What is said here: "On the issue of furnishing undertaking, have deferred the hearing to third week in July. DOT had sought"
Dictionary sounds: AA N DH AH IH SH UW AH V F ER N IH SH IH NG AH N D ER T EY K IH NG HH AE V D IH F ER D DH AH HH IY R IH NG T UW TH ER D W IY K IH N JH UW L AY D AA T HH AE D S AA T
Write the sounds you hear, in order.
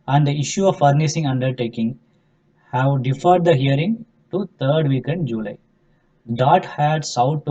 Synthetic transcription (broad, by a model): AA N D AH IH SH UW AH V F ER N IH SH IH NG AH N D ER T EY K IH NG HH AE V D IH F ER D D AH HH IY R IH NG T UW T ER D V IY K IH N JH UW L AY D AA T HH AE D S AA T